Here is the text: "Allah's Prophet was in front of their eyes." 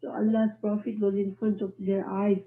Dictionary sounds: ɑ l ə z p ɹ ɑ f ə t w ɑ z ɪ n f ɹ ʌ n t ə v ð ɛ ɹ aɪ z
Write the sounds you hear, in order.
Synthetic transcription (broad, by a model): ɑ l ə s p ɹ ɑ f ə t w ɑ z ɪ n f ɹ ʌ n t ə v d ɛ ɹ aɪ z